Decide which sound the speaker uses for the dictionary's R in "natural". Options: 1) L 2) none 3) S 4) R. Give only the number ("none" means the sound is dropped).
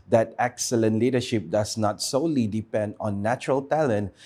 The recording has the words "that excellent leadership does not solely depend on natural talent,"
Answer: 4